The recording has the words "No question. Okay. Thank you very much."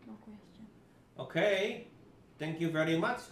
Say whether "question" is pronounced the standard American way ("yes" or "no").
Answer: no